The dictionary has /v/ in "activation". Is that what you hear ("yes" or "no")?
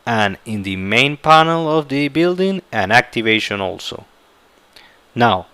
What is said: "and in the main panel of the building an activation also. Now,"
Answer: yes